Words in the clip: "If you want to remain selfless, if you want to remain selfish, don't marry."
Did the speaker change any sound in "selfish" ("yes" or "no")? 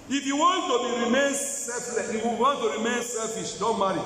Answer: yes